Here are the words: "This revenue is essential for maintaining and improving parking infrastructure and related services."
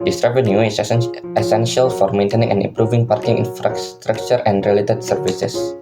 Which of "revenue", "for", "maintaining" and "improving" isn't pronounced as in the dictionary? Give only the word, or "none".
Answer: revenue